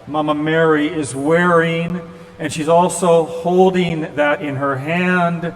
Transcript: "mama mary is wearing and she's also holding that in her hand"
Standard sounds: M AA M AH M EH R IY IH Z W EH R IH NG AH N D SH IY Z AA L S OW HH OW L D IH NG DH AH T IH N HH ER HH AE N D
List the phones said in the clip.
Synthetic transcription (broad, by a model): M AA M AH M EH R IY IH Z W EH R IH NG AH N SH IY Z AA L S OW HH OW L D IH NG DH AH T IH N ER HH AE N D